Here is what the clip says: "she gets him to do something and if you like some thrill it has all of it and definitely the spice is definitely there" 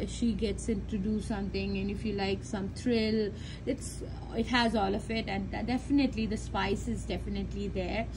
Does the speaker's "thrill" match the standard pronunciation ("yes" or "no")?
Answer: no